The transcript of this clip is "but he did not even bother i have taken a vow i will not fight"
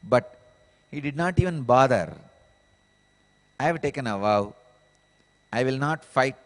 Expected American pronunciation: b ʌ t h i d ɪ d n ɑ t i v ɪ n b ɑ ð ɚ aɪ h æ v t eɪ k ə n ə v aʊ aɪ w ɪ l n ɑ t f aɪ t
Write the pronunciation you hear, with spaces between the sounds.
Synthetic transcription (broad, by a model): b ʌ t h i d ɪ d n ɑ t i v ɪ n b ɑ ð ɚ aɪ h v t eɪ k ə n ə v aʊ aɪ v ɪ l n ɑ t f aɪ t